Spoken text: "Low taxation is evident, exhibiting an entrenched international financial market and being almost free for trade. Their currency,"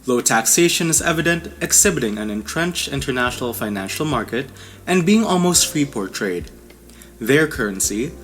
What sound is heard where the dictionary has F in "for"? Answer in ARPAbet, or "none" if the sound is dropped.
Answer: P